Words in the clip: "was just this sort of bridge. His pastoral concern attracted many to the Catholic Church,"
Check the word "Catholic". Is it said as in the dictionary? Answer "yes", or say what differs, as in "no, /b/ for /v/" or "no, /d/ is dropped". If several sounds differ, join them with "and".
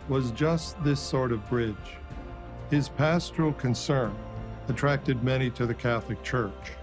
yes